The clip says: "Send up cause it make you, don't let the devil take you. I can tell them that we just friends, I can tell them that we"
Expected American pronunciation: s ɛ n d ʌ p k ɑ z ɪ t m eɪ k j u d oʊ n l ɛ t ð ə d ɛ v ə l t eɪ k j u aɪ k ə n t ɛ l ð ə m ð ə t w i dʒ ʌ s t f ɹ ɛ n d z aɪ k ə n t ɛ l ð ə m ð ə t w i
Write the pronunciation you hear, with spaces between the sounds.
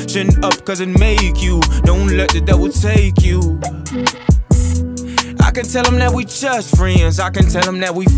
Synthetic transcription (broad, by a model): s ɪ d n ʌ p k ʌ z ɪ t m eɪ k j u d oʊ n l ɛ t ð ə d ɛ w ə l t eɪ k j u aɪ k ə n t ɛ l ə m ð ə t w i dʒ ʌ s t f ɹ ɛ n d z aɪ k ə n t ɛ l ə m ð ə t w i